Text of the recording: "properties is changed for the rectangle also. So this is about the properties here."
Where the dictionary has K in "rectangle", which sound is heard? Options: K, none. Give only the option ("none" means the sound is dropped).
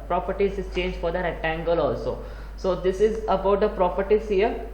none